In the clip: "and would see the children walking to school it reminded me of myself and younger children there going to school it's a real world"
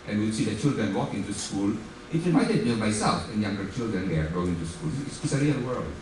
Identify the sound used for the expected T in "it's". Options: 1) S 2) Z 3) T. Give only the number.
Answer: 1